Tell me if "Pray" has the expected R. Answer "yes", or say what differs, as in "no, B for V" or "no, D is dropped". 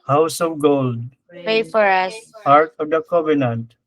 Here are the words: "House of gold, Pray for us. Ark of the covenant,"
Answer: no, R is dropped